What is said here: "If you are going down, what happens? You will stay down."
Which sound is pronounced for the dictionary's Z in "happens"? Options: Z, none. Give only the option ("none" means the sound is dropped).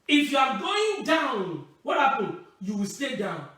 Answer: none